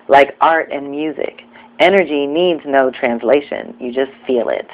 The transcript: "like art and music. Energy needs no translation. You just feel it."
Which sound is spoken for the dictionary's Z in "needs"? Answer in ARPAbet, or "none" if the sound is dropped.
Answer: Z